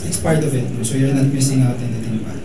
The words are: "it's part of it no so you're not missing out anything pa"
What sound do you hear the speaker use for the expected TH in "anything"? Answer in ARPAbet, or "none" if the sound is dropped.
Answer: T